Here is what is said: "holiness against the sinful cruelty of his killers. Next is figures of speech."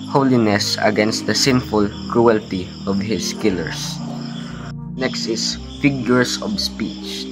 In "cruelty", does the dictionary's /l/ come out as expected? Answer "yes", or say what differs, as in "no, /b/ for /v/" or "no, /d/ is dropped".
yes